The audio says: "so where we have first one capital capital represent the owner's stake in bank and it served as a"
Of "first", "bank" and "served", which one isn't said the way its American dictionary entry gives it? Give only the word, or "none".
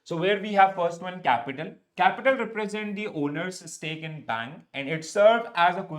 served